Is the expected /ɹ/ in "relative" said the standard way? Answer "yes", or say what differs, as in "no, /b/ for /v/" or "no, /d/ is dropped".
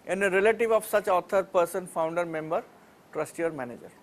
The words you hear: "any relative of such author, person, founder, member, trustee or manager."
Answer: yes